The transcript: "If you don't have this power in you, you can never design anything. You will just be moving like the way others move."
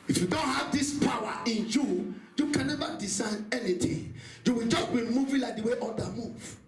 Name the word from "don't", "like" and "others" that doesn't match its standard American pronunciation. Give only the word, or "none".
others